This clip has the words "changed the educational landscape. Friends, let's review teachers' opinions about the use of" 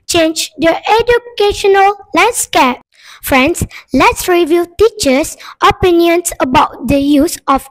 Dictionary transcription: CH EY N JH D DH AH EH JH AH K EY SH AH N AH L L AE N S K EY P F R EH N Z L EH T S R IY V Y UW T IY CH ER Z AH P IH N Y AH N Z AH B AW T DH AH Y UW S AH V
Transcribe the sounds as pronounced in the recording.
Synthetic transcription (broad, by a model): CH EY N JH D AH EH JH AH K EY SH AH N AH L L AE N S K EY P F R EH N S L EH T S R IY V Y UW T IY CH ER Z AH P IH N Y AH N S AH B AW T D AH Y UW S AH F